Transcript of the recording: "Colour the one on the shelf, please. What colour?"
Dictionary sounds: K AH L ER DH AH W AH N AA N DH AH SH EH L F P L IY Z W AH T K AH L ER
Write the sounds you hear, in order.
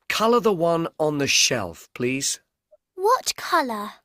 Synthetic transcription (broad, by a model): K AH L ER DH AH W AH N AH N DH AH SH EH L F P L IY Z W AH T K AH L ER